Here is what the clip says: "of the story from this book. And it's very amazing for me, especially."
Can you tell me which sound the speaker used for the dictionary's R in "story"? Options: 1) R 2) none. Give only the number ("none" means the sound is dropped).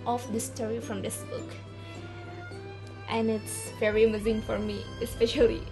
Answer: 1